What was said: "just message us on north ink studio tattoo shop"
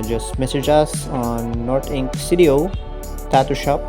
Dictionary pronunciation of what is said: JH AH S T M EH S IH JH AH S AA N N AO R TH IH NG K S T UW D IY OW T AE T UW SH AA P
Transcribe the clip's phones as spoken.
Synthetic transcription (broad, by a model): JH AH S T M EH S IH JH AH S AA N N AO R T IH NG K S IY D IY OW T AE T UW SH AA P